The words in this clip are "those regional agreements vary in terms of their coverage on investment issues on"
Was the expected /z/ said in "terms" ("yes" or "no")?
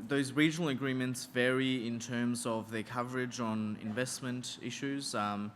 yes